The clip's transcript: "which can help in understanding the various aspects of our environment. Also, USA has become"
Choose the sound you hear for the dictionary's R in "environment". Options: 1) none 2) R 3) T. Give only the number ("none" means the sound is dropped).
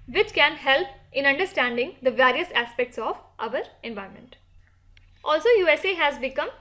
1